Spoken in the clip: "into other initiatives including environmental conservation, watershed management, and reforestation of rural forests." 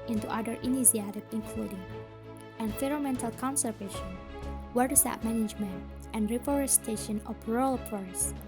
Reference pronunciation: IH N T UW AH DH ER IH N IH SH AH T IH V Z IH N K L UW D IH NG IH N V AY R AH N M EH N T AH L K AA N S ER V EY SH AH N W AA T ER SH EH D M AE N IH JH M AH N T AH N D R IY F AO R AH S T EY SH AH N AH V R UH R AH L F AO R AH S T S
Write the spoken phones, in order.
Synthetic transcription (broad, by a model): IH N T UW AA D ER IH N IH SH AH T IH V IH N K L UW D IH NG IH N F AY R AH M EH N T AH L K AA N S ER V EY SH AH N W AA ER S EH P M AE N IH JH M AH N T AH N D R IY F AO R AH S T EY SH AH N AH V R R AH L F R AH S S